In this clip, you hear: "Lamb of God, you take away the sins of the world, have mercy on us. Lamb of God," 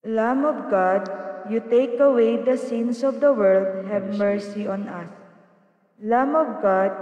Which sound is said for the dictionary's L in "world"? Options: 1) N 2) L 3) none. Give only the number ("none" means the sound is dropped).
2